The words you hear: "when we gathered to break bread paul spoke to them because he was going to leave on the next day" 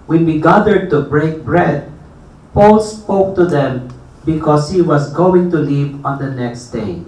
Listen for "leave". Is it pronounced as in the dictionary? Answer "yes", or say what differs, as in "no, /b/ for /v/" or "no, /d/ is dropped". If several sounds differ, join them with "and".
no, /p/ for /v/